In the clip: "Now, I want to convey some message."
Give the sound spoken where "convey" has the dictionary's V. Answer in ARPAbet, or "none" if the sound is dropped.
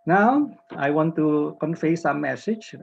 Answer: F